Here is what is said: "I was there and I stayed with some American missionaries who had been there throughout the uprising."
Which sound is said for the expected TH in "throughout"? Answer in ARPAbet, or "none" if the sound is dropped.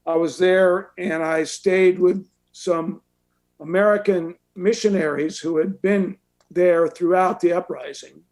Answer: TH